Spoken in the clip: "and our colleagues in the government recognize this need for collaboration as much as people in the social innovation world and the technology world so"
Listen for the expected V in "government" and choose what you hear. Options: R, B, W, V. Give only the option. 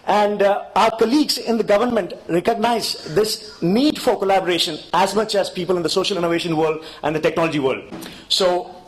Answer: V